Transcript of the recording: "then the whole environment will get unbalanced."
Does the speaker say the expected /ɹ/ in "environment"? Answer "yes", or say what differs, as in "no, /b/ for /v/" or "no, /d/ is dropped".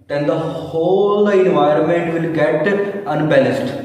yes